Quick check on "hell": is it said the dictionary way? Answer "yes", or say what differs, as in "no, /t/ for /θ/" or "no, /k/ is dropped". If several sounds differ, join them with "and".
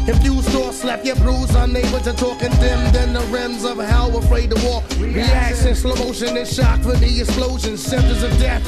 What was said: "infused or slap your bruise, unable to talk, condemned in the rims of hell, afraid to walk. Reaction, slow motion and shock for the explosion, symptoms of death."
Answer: no, /w/ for /l/